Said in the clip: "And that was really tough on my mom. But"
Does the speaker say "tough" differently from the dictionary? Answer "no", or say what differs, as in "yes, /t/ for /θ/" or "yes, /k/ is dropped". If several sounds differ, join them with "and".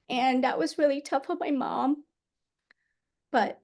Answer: no